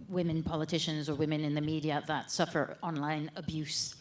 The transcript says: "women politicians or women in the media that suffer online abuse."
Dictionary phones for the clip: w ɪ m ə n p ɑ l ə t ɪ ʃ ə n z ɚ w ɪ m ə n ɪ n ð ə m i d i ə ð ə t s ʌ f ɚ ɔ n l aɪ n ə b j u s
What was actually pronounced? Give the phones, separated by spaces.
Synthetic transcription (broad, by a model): w ɪ m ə n p ɑ l ə t ɪ ʃ ə n z ɚ w ɪ m ə n ɪ n ð ə m i d i ə ð ə t s ʌ f ɚ ɔ n l aɪ n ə b j u s